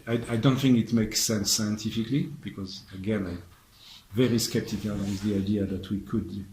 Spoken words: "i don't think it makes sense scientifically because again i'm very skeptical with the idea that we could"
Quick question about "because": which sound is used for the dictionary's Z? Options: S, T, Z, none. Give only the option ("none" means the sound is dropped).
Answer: Z